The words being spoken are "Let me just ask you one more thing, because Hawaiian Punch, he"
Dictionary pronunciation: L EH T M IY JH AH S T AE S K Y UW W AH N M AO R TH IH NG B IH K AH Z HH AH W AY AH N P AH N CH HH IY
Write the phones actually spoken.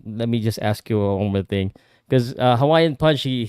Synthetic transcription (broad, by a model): L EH T M IY JH AH S T AE S K Y UW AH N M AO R TH IH NG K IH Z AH HH AH W AY AH N P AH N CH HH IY